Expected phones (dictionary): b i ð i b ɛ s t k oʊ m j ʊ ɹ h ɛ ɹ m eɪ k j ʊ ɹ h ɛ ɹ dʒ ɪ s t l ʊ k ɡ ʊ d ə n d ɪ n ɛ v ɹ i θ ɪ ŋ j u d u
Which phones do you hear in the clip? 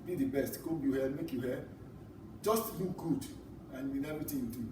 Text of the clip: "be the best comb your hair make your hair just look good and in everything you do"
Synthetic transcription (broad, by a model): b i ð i b ɛ s t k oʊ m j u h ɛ m eɪ k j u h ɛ dʒ ɪ s t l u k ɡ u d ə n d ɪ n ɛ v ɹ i t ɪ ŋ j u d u